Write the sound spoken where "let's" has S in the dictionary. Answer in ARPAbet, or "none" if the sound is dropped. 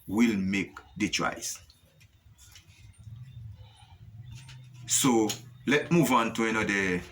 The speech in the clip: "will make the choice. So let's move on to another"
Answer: none